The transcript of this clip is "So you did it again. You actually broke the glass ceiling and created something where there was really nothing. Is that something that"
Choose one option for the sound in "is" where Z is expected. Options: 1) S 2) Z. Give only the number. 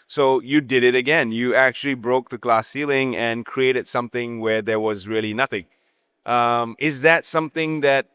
2